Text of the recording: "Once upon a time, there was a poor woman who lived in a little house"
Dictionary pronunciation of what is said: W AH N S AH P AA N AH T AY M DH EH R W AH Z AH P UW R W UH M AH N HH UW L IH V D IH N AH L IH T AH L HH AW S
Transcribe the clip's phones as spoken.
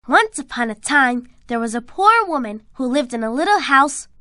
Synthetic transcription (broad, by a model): W AH N S AH P AA N AH T AY M DH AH R W AH Z AH P UW R W UH M AH N HH UW L IH V D IH N AH L IH T L HH AW S